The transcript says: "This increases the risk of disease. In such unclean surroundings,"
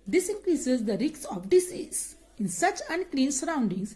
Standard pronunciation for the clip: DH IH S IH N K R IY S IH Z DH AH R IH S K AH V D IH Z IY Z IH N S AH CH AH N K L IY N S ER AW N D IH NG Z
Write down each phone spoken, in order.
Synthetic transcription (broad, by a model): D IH S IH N K R IY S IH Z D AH R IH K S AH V D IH S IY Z IH N S AH CH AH N K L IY N S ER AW N D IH NG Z